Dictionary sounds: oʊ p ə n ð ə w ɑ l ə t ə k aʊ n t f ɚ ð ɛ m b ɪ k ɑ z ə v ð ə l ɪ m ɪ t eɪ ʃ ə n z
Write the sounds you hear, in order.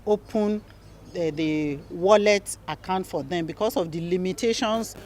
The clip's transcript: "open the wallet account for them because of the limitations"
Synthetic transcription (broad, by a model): oʊ p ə n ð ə w ɑ l ə t ə k aʊ n t f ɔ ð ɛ m b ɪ k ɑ s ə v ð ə l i m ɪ t eɪ ʃ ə n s